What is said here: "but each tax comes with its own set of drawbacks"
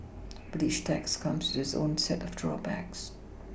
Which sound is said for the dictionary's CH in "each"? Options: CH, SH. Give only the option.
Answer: SH